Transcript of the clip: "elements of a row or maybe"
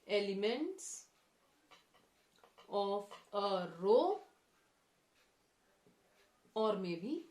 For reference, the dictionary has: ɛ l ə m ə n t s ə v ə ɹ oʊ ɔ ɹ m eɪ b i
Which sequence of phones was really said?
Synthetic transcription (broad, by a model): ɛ l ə m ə n t s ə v ə ɹ oʊ ɔ ɹ m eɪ b i